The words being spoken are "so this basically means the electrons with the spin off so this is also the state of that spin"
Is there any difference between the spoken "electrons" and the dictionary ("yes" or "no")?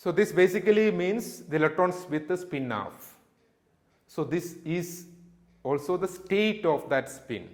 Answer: yes